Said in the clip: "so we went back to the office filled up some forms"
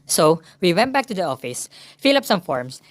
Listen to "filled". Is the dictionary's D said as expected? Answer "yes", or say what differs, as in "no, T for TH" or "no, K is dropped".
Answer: no, D is dropped